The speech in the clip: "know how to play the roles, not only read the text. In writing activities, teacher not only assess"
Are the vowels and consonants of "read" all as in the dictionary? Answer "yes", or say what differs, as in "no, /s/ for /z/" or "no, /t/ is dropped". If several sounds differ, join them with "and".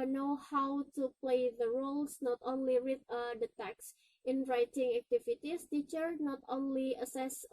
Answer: no, /w/ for /ɹ/